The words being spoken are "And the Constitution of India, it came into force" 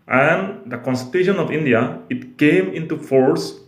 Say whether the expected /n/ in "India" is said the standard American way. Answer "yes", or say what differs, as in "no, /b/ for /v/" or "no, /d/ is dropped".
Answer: yes